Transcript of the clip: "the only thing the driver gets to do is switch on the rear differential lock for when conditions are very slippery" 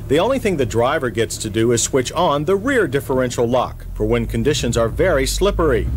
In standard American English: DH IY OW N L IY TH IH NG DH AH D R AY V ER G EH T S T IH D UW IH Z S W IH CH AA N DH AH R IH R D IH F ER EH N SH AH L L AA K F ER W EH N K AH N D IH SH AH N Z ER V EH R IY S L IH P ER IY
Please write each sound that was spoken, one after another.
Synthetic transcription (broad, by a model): DH IY OW N L IY TH IH NG DH AH D R AY V ER G EH T S T IH D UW IH Z S W IH CH N DH AH R IH R D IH F ER EH N SH L L AA K F ER W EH N K AH N D IH SH AH N Z ER V EH R IY S L IH P ER IY